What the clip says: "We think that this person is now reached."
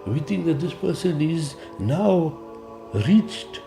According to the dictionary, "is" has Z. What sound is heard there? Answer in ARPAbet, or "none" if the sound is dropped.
Z